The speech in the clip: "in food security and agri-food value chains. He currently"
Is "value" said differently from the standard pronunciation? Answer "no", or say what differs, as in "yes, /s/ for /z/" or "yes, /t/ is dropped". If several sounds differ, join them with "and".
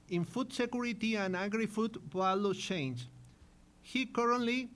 yes, /b/ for /v/